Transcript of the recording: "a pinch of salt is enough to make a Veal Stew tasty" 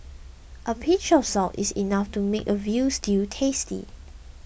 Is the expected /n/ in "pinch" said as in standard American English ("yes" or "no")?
no